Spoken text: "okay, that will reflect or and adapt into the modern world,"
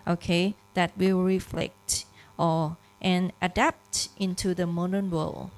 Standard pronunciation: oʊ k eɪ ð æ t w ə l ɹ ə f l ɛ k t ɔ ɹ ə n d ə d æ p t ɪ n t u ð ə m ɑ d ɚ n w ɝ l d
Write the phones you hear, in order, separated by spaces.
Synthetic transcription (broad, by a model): oʊ k eɪ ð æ t w ə l ɹ ə f l ɛ k t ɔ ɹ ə n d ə d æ p t ɪ n t u ð ə m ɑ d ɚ n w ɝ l